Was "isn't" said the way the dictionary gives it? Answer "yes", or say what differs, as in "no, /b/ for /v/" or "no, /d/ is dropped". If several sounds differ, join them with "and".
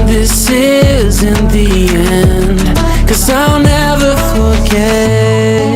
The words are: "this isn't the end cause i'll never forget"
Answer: yes